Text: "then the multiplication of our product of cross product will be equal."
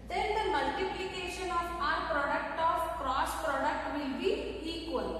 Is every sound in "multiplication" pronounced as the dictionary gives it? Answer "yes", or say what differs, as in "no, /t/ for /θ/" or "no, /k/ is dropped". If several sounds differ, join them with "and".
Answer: yes